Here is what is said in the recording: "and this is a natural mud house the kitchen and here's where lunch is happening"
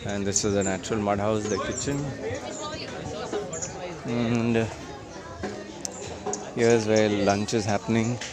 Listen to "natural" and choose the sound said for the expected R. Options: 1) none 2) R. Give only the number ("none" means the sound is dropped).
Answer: 2